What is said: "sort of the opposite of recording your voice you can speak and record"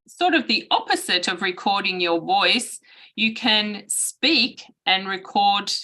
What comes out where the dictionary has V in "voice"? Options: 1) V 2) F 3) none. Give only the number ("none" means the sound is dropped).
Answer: 1